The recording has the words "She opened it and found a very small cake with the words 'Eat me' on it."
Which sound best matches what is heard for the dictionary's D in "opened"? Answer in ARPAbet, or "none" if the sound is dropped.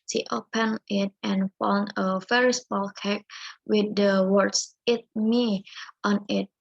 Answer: none